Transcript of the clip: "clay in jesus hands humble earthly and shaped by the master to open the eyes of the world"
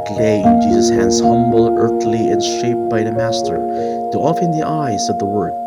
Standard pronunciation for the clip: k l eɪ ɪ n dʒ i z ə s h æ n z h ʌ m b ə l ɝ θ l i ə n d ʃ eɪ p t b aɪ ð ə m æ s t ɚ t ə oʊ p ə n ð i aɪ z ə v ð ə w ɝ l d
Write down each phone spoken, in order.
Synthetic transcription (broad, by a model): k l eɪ ɪ n dʒ i z ə s h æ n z h ʌ m b l ɝ θ l i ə n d ʃ eɪ p b aɪ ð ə m æ s t ɚ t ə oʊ f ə n ð i aɪ z ə v ð ə w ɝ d